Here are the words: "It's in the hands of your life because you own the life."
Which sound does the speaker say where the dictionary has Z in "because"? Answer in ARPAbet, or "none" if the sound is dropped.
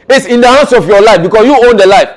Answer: S